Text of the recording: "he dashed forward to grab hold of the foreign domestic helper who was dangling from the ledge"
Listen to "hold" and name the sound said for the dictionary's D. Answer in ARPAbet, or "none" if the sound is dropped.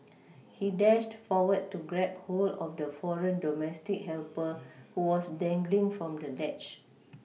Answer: none